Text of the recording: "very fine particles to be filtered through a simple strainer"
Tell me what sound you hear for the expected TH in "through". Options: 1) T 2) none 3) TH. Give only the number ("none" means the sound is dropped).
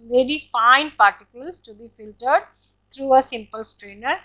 1